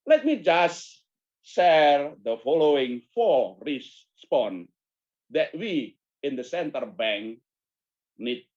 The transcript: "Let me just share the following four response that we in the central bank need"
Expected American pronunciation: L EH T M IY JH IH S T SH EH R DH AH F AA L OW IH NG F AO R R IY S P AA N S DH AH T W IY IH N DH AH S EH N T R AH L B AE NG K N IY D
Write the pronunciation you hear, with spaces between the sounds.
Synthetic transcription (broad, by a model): L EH T M IY JH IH S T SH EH R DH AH F AA L OW IH NG F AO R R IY S P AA N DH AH T W IY IH N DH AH S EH N T AH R B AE NG K N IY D